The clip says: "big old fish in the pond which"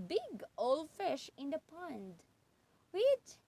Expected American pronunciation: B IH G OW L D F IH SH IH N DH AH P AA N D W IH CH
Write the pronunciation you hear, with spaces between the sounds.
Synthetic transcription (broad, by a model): B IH G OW L F IH SH IH N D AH P AA N D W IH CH